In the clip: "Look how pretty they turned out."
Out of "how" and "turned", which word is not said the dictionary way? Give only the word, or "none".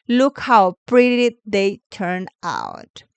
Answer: turned